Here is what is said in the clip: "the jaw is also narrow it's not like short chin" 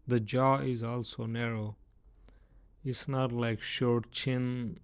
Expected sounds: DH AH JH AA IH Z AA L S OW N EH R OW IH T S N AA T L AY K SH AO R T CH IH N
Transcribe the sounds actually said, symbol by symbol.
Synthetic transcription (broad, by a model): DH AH JH AA IH Z AA L S OW N EH R OW IH T S N AA T L AY K SH AO R T CH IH N